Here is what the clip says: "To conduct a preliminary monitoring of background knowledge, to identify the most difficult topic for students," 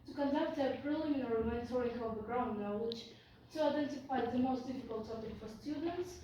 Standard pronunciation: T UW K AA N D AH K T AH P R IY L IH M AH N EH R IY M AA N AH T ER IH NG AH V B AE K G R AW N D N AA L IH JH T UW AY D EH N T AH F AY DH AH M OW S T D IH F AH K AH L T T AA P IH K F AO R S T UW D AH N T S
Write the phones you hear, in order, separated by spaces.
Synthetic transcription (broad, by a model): T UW K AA N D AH K T AH P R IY L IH M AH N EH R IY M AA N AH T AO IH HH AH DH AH G R AW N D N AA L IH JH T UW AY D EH N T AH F AY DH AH M OW S T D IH F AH K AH L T T AA P IH K F AO R S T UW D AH N T S